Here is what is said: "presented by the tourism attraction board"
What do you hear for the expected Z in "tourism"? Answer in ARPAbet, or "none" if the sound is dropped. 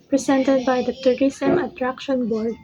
S